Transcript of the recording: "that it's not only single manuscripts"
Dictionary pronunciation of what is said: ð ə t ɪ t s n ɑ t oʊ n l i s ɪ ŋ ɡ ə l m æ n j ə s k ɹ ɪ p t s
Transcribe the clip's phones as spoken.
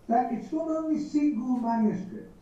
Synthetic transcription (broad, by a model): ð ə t ɪ t s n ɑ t oʊ n l i s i ɡ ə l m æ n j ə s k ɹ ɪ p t